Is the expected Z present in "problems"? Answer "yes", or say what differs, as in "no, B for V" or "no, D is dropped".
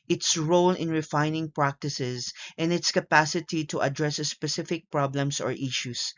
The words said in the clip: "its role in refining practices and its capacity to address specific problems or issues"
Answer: no, S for Z